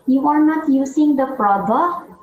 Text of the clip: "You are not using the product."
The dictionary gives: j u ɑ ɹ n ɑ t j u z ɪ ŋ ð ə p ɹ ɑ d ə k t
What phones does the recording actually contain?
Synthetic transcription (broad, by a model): j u ɑ ɹ n ɑ t j u s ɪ ŋ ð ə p ɹ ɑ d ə